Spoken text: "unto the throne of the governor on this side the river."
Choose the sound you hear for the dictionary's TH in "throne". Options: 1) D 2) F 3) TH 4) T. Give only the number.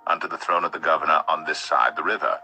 3